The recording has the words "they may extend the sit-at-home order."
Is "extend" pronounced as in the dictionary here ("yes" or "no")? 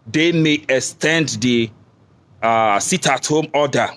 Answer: yes